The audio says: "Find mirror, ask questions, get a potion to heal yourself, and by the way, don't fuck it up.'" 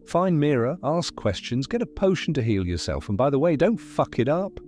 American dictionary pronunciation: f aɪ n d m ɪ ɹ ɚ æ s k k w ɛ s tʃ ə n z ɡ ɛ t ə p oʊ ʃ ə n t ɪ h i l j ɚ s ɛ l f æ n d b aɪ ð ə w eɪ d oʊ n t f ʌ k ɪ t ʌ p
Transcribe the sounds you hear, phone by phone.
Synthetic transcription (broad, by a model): f aɪ n m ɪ ɹ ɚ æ s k k w ɛ s tʃ ə n z ɡ ɛ t ə p oʊ ʃ n t ɪ h i l j ɚ s ɛ l f n b aɪ ð ə w eɪ d oʊ n t f ʌ k ɪ t ʌ p